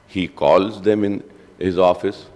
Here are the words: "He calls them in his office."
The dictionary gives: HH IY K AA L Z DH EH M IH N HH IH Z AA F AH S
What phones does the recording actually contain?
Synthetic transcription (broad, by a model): HH IY K AA L Z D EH M IH N HH IH Z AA F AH S